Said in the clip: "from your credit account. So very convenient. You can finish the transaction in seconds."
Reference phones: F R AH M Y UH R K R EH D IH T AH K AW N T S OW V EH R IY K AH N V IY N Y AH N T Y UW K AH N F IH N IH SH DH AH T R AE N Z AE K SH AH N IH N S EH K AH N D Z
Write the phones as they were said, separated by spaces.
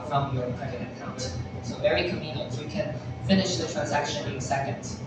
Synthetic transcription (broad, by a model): F R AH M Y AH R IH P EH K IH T AH K AW N T S OW V EH R IY K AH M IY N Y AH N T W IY K AH N F IH N IH SH DH AH T R AE N Z AE K SH AH N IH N S EH K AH N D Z